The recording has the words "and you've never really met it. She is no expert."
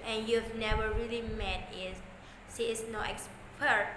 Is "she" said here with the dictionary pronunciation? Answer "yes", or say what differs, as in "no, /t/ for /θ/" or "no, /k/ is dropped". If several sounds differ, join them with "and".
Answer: no, /s/ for /ʃ/